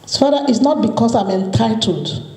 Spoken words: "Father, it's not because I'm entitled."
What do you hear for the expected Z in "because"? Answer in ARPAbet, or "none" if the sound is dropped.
S